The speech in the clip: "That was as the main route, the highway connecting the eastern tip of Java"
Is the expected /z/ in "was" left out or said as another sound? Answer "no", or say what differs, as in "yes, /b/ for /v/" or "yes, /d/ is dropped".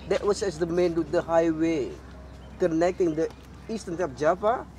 yes, /s/ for /z/